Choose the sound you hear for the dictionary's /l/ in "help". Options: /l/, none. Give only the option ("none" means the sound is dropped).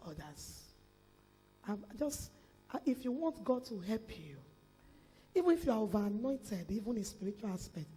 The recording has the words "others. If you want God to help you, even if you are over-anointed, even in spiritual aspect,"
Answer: /l/